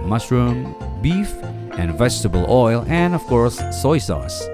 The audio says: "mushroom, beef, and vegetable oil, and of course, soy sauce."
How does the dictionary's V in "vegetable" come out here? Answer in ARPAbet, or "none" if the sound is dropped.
V